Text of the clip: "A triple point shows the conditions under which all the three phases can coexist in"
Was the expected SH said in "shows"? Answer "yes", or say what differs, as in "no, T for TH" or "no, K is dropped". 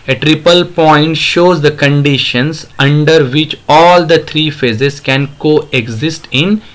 yes